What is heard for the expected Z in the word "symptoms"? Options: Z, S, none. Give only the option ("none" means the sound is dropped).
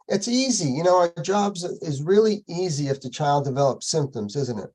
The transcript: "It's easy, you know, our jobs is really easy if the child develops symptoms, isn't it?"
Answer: Z